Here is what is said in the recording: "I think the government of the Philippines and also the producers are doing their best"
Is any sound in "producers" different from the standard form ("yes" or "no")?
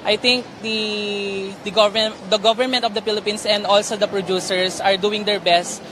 yes